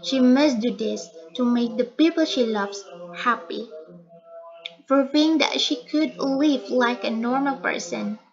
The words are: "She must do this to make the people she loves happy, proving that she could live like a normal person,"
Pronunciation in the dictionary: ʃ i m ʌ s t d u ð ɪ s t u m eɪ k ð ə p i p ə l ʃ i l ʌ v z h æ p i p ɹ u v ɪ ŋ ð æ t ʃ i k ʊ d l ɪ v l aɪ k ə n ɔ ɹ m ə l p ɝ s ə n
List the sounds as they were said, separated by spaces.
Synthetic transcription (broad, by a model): ʃ i m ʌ s d u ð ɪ s t u m eɪ k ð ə p i p ə l ʃ i l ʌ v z h æ p i f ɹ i ɪ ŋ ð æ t ʃ i k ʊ d l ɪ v l aɪ k ə n ɔ ɹ m ə l p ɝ s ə n